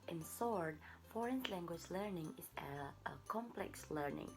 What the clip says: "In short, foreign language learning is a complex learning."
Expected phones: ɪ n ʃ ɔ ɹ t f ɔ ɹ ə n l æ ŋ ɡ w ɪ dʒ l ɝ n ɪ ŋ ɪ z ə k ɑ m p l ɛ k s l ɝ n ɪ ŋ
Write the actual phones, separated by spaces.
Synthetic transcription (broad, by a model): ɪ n s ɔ ɹ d f ɔ ɹ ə n l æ ŋ ɡ w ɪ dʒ l ɝ n ɪ ŋ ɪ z ə k ɑ m p l ɛ k s l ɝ n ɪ ŋ